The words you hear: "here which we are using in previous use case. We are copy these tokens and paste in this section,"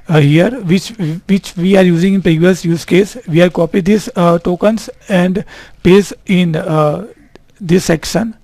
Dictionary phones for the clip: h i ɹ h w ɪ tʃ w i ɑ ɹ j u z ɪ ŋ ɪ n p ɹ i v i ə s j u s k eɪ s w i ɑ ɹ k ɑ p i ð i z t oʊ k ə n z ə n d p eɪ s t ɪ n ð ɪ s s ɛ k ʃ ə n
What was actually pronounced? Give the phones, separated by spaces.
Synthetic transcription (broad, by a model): h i ɹ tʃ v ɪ tʃ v i ɑ ɹ j u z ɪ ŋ ɪ n p ɹ i v i ə s j u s k eɪ s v i ɑ ɹ k ɑ p i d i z t oʊ k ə n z ə n d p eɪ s ɪ n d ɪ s s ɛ k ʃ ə n